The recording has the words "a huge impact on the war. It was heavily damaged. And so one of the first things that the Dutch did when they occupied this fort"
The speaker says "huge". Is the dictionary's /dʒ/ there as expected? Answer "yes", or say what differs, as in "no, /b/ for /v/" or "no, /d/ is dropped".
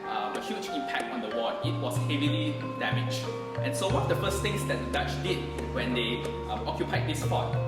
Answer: no, /tʃ/ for /dʒ/